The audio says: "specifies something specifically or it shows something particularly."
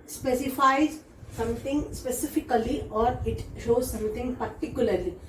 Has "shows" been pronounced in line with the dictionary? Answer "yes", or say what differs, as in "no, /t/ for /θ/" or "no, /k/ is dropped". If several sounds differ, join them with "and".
yes